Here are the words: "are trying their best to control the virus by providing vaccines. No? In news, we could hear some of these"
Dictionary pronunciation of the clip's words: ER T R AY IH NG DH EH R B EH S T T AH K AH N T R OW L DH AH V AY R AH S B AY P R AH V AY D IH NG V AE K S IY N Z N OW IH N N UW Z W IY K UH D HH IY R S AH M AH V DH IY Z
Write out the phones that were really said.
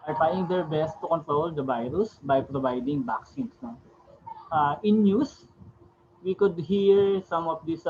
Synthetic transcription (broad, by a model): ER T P AY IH NG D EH R B EH S T T AH K AH N T R OW L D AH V AY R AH S B AY P R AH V AY D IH NG B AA K S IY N S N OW IH N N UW S W IY K UH D HH IY R S AH M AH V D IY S